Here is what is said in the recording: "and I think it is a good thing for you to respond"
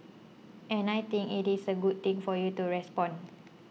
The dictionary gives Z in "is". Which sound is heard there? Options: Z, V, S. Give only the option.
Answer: S